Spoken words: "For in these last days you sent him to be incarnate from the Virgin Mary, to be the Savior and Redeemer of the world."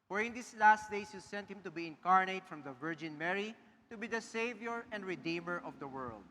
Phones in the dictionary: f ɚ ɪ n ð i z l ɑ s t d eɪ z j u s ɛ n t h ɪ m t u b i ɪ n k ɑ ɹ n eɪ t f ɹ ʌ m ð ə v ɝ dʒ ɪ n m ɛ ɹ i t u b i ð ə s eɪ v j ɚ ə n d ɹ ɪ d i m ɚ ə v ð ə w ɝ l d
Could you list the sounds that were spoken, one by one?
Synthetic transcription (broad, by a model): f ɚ ɪ n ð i s l ɑ s t d eɪ s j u s ɛ n t h ɪ m t u b i ɪ n k ɑ ɹ n eɪ t f ɹ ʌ m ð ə v ɝ dʒ ɪ n m ɛ ɹ i t u b i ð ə s eɪ v j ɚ ə n d ɹ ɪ d i m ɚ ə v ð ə w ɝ l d